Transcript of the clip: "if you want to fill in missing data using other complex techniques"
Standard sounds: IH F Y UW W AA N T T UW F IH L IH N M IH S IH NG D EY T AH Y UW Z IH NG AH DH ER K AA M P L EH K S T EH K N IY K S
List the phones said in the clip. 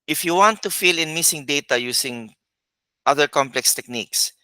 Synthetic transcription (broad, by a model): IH F Y UW W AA N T T UW F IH L IH N M IH S IH NG D EY T AH Y UW S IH NG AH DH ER K AA M P L EH K S T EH K N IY K S